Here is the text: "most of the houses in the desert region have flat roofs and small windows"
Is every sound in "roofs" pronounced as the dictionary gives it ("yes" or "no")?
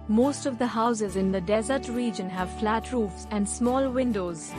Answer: yes